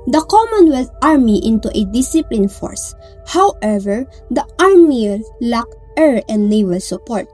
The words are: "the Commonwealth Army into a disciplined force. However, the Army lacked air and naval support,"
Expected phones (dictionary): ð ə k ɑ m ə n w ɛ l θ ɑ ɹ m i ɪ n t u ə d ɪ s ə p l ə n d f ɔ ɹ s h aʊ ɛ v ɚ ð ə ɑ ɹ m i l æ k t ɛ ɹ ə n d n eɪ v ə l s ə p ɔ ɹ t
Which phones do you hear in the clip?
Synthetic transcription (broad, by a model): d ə k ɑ m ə n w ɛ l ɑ ɹ m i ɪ n t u ə d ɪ s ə p l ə n f ɔ ɹ s h aʊ ɛ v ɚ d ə ɑ ɹ m i l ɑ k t ɛ ɹ ə n d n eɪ w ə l s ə p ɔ ɹ t